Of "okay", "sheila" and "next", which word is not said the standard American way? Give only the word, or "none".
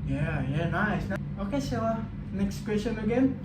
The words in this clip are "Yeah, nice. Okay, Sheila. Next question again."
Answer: sheila